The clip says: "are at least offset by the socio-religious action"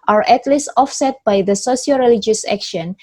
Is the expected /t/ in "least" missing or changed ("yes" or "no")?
no